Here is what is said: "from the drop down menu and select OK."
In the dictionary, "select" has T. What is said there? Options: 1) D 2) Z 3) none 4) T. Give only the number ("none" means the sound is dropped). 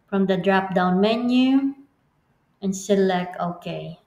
3